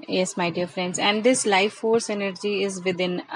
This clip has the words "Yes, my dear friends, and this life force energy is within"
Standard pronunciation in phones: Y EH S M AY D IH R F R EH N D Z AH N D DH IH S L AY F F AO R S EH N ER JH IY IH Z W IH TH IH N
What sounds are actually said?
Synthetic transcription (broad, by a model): Y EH S M AY D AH R F R EH N D Z AH N D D IH S L AY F F AO R S EH N ER JH IY IH Z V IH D IH N